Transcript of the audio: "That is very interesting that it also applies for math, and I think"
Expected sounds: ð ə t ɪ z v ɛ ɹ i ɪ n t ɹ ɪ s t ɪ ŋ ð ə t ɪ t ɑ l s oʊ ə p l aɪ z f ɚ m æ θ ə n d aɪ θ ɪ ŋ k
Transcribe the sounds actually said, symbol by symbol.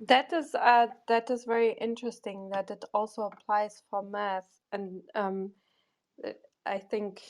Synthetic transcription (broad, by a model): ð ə t ɪ z v ɛ ɹ i ɪ n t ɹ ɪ s t ɪ ŋ ð ə t ɪ t ɑ l s oʊ ə p l aɪ z f ɚ m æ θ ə n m aɪ θ ɪ ŋ k